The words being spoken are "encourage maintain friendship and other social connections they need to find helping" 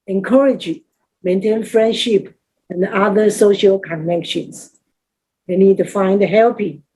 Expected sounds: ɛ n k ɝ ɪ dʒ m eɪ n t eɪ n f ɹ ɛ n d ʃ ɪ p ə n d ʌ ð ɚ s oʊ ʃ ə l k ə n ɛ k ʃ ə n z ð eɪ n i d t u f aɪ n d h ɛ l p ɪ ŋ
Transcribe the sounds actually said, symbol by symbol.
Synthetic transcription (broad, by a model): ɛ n k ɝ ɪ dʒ m eɪ n t eɪ n f ɹ ɛ n d ʃ ɪ p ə n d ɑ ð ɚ s oʊ ʃ ə l k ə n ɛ k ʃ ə n s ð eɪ n i d t u f aɪ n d h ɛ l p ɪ